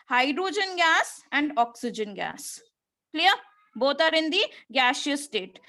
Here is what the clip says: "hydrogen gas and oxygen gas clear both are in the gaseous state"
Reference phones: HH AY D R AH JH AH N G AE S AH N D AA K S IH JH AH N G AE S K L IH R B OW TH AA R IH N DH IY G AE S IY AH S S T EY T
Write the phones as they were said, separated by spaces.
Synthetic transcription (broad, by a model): HH AY D R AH JH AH N G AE S AH N D AA K S IH JH AH N G AE S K L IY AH B OW T AA R IH N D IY G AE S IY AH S S T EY T